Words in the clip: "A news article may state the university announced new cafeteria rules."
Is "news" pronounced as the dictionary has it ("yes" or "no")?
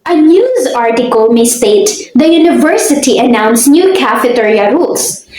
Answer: yes